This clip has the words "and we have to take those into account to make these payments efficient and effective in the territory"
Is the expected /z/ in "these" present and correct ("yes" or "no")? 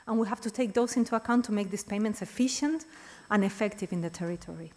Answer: no